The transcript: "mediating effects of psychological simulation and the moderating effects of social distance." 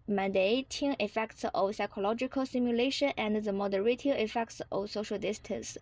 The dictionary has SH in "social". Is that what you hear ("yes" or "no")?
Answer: yes